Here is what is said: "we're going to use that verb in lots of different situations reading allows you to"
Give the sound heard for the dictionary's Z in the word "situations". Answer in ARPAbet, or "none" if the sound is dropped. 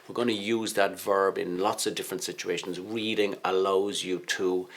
Z